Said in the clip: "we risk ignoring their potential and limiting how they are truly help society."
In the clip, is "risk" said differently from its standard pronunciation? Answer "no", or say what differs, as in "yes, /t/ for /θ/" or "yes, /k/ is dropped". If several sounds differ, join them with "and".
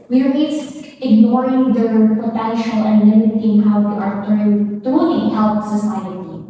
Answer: yes, /k/ is dropped